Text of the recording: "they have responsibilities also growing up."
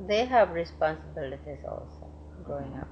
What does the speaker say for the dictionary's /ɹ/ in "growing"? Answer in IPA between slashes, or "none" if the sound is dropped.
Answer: none